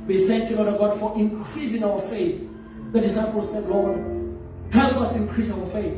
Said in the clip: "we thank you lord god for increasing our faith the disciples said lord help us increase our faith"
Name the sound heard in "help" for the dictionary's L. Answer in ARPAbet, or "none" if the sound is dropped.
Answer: none